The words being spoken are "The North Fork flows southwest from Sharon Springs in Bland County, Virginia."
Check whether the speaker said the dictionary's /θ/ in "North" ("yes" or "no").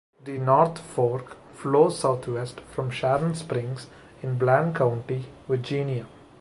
no